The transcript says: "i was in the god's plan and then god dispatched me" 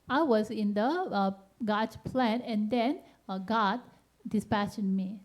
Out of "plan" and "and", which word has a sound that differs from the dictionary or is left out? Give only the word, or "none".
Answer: none